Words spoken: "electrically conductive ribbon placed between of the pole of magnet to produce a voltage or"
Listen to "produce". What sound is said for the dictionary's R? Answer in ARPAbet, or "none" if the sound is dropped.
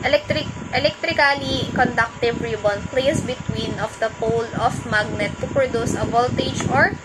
R